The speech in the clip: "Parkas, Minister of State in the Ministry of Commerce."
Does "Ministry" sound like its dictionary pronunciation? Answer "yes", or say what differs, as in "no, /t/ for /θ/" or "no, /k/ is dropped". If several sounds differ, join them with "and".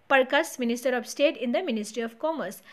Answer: yes